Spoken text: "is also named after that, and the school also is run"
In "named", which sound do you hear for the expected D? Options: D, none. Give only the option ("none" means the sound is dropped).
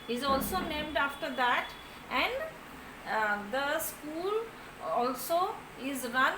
D